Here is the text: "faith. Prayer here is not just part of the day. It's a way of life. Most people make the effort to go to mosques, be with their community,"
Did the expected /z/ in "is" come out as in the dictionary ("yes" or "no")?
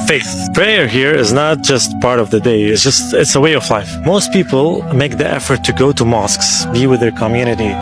yes